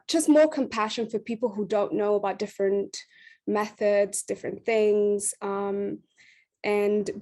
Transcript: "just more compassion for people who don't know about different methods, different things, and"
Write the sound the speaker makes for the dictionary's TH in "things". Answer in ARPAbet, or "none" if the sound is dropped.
TH